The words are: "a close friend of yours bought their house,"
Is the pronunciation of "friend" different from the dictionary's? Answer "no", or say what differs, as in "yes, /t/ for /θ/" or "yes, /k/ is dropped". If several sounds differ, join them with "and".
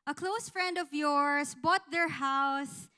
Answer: no